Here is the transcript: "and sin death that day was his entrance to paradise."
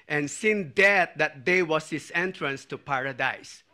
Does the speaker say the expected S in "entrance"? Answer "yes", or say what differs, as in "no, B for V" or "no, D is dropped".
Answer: yes